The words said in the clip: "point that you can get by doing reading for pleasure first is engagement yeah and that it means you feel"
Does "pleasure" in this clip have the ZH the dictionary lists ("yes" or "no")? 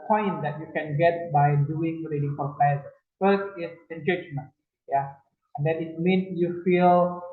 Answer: no